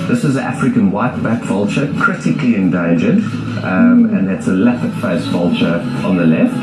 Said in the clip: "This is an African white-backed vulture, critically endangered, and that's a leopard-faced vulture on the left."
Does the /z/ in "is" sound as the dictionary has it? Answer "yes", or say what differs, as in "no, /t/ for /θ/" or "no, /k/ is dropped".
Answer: yes